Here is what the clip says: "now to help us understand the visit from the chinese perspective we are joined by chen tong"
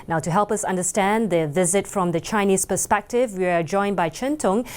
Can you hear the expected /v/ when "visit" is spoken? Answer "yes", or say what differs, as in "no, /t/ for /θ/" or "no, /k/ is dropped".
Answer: yes